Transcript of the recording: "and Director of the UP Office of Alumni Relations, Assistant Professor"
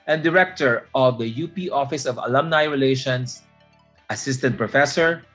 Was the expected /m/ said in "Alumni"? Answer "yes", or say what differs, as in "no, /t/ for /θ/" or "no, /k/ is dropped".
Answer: yes